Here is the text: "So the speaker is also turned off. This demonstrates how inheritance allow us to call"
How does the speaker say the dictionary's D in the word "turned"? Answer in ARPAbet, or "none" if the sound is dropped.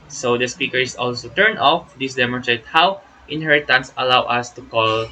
none